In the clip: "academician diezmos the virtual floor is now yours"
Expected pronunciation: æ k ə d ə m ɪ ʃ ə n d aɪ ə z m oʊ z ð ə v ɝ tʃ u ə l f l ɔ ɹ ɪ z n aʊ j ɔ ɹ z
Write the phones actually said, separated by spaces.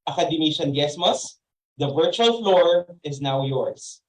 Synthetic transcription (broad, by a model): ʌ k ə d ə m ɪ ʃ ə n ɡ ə s m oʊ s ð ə v ɝ tʃ u ə l f l ɔ ɹ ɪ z n aʊ j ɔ ɹ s